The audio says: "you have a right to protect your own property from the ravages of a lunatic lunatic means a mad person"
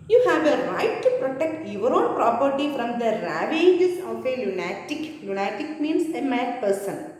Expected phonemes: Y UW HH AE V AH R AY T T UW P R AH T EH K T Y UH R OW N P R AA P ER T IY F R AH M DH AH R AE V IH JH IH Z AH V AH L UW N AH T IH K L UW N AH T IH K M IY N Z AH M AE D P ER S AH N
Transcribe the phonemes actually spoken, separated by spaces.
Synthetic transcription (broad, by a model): Y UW HH AE V AH R AY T T UW P R AH T EH K T Y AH R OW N P R AA P ER T IY F R AH M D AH R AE V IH JH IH S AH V AH L UW N AH T IH K L UW N AH T IH K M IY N S AH M AE D P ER S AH N